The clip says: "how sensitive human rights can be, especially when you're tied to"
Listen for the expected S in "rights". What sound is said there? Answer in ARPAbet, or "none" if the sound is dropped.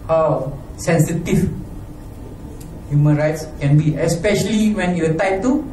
S